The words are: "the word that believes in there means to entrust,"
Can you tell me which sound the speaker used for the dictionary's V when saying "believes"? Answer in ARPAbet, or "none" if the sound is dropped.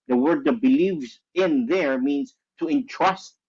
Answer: V